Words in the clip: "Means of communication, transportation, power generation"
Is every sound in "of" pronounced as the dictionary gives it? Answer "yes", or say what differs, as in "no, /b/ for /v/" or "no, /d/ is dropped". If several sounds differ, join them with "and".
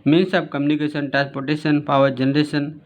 no, /b/ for /v/